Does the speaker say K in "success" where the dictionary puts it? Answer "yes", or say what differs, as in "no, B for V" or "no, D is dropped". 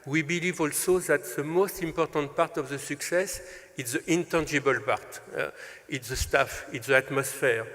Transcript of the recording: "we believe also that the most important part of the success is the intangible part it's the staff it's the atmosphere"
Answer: yes